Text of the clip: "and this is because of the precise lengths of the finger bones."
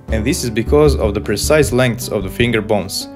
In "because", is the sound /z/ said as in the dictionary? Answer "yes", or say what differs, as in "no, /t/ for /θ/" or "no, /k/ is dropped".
yes